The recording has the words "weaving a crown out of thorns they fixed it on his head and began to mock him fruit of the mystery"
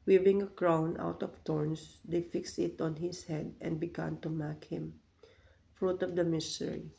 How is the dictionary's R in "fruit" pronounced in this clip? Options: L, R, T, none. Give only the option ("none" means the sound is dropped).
R